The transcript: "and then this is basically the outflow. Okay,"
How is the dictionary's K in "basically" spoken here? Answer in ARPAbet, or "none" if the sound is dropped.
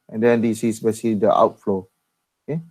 none